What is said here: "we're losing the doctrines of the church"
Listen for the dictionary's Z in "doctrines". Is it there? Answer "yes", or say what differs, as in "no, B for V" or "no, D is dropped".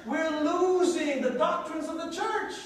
yes